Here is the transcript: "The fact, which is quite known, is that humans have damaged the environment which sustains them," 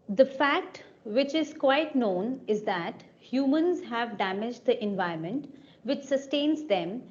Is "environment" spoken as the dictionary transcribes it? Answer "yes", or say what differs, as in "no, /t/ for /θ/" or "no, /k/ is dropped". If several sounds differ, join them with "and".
no, /ɹ/ is dropped